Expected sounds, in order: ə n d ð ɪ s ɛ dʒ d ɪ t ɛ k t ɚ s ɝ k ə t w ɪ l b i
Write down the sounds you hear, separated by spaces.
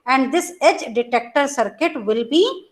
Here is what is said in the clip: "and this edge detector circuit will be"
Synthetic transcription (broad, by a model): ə n d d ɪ s ɛ dʒ d ɪ t ɛ k t ɚ s ɝ k ə t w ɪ l b i